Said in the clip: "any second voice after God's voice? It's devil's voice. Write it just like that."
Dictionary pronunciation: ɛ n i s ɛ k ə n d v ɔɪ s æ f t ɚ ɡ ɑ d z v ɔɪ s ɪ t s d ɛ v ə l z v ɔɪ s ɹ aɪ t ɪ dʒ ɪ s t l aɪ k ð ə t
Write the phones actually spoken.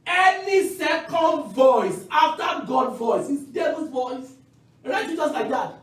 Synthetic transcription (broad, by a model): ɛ n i s ɛ k ə n d v ɔɪ s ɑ f t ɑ ɡ ɑ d v ɔɪ s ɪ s d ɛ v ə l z v ɔɪ s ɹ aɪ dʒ ɪ z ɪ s l aɪ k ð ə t